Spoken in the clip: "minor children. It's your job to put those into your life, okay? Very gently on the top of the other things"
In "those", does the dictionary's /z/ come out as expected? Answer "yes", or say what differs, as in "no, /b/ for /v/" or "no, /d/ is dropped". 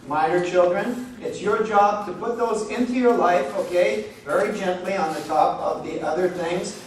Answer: yes